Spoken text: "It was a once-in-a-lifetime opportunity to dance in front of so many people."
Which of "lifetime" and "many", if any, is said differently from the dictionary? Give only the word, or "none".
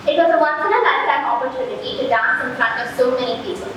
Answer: lifetime